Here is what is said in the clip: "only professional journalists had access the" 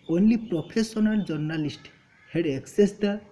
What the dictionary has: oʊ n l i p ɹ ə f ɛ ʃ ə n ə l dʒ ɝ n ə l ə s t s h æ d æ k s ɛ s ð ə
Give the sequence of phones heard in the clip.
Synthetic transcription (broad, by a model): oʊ n l i p ɹ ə p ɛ s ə n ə l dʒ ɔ n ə l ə s t h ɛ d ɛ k s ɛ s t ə